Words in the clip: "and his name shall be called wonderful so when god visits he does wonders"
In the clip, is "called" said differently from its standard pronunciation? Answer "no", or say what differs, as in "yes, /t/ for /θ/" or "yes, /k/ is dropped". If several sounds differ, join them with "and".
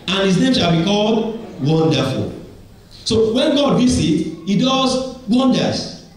no